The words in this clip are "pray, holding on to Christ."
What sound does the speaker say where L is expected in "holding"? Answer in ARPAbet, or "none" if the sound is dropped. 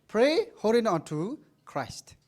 none